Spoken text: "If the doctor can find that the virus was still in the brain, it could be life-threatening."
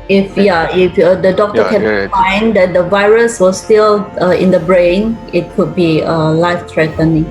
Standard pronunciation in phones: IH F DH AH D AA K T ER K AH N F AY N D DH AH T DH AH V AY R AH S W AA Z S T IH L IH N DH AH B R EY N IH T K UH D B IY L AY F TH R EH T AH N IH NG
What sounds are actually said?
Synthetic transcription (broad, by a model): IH F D AH D AA K T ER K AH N F AY N D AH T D AH V AY R AH S W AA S T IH L IH N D AH B R EY N IH T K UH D B IY L AY F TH R EH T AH N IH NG